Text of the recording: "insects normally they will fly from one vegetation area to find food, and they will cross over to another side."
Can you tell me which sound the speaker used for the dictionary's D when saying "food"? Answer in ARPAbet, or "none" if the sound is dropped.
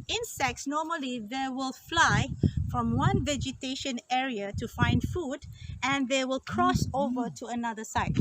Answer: D